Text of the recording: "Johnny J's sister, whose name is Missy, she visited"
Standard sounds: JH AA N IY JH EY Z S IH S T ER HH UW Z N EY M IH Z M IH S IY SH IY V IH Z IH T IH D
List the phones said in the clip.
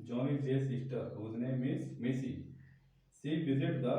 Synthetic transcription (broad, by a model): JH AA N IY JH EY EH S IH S T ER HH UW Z N EY M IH S M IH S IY S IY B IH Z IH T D